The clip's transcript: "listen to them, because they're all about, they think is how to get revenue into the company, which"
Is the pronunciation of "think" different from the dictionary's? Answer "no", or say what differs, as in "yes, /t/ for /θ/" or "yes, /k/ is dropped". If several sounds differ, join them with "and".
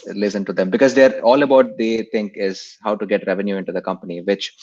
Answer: yes, /t/ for /θ/